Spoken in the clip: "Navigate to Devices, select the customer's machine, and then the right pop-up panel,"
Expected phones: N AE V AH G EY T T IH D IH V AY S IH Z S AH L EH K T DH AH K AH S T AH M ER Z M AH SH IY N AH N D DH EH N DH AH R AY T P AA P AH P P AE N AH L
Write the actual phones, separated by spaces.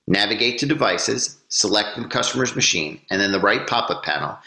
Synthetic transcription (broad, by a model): N AE V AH G EY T T IH D IH V AY S IH Z S AH L EH K T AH K AH S T AH M ER Z M AH SH IY N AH N DH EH N DH AH R AY T P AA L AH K P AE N L